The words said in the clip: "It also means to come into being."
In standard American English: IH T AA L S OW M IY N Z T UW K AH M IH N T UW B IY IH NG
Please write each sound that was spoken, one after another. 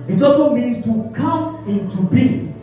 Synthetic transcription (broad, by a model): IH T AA S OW M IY N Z T UW K AH M IH N T UW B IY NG